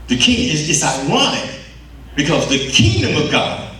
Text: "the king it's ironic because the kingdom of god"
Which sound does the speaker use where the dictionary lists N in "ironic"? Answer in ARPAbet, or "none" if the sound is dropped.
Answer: none